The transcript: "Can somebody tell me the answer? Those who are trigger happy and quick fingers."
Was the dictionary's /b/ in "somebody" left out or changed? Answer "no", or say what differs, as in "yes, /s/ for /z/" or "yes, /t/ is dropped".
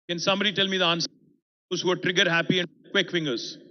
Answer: yes, /b/ is dropped